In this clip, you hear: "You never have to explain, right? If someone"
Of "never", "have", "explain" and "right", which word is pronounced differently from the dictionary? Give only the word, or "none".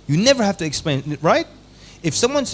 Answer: have